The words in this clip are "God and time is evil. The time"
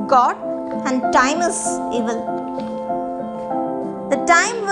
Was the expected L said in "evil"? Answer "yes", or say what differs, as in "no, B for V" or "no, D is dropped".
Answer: yes